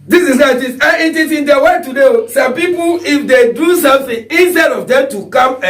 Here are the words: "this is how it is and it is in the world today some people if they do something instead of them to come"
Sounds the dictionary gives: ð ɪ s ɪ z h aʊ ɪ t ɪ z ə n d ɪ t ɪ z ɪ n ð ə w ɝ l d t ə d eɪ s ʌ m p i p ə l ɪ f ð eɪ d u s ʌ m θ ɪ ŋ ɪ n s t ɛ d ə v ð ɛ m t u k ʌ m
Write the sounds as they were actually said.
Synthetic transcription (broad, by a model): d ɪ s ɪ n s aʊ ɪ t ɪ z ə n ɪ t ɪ s ɪ n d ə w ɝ t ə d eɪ s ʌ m p i p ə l ɪ f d eɪ d u s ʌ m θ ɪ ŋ ɪ n s t ɛ d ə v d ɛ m t u k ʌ m